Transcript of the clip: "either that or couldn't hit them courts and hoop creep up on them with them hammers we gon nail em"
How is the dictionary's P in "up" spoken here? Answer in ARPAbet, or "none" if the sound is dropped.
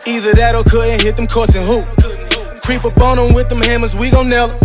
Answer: B